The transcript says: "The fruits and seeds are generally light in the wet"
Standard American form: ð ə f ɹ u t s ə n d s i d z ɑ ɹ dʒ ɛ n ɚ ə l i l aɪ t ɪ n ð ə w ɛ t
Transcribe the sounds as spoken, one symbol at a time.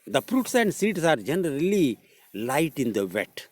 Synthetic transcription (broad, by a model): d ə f ɹ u t s ə n d s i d s ɑ ɹ dʒ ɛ n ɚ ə l i l aɪ t ɪ n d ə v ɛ t